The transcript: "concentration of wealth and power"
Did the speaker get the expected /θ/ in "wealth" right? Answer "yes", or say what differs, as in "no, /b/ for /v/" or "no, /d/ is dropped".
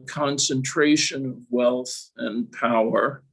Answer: yes